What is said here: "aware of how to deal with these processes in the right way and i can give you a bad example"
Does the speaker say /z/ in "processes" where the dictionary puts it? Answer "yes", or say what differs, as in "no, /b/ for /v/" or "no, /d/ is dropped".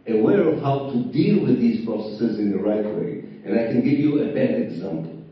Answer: yes